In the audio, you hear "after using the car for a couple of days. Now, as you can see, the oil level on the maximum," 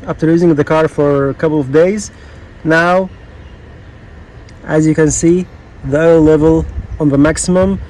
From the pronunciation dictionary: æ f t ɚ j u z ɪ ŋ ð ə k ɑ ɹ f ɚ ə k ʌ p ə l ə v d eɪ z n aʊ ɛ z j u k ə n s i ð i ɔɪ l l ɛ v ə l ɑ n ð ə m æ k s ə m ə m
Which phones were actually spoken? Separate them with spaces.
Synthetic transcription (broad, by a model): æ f t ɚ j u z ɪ ŋ ð ə k ɑ ɹ f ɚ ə k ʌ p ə l ə v d eɪ z n aʊ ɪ z j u k ə n s i ð i ɔɪ l l ɛ v ə l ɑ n ð ə m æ k s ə m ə m